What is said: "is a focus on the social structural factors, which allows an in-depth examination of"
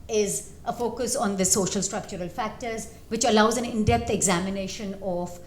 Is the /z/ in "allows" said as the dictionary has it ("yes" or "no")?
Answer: yes